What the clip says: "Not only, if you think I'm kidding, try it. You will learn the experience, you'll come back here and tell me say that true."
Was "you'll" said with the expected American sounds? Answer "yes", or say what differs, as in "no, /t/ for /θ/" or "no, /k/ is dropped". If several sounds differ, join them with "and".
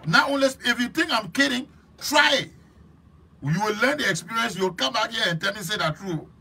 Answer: no, /w/ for /l/